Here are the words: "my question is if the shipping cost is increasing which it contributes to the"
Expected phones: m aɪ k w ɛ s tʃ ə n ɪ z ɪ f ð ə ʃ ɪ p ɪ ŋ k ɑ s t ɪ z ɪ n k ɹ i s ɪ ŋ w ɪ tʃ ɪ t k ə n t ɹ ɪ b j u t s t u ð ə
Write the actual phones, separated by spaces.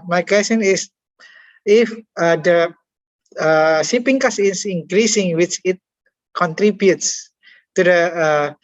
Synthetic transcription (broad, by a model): m aɪ k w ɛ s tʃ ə n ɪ s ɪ f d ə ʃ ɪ p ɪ ŋ k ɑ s ɪ s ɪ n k ɹ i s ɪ ŋ w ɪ tʃ ɪ t k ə n t ɹ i b j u t s t u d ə